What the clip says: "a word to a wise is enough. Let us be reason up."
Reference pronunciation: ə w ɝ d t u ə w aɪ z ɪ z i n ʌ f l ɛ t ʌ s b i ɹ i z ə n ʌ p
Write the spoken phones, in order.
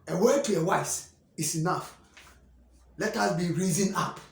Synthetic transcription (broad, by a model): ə w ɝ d t u ə w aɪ s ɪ s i n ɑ f l ɛ t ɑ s b i ɹ i z ə n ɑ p